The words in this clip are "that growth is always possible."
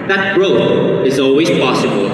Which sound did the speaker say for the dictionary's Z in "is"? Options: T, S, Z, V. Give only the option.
Z